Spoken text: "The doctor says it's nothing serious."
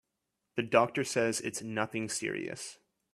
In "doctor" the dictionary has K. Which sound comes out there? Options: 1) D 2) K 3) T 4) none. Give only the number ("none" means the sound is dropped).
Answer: 2